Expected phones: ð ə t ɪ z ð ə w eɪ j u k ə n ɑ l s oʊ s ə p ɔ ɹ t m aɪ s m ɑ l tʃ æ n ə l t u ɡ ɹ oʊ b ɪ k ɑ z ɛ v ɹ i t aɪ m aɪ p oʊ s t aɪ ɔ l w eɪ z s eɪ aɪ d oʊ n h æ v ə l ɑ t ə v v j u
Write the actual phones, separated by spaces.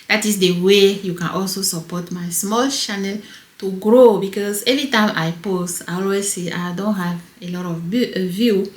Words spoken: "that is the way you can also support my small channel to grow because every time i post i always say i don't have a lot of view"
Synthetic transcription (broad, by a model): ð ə t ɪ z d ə w eɪ j u k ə n ɑ l s oʊ s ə p ɔ t m aɪ s m ɑ l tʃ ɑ n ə l t u ɡ ɹ oʊ b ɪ k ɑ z ɛ v ɹ i t aɪ m aɪ p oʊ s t aɪ ɔ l w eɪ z s eɪ aɪ d oʊ n h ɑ v ə l ɑ t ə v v j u